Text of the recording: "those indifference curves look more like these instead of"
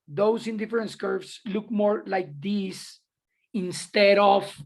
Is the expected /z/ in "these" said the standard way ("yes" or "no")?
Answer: no